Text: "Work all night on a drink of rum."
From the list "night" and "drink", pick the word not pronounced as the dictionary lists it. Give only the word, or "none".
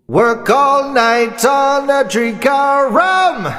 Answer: drink